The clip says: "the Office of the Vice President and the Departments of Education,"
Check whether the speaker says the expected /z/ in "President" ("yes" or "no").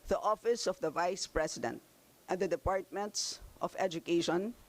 no